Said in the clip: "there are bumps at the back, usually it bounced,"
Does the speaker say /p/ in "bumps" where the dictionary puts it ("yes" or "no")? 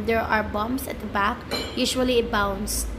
no